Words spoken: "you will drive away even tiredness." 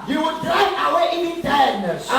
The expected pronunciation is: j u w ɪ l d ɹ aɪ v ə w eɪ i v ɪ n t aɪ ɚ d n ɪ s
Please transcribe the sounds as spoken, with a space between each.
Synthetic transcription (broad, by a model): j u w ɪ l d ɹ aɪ ə w eɪ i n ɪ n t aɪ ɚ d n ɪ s